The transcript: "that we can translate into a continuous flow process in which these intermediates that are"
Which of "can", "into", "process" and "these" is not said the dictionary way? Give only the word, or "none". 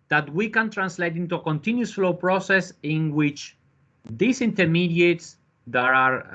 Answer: these